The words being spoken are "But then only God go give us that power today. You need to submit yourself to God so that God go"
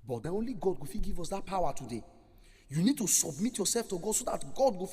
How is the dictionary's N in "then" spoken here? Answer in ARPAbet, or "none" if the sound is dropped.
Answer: none